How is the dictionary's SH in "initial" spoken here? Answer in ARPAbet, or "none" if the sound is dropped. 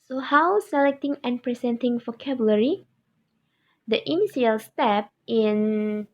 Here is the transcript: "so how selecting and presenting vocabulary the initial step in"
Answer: S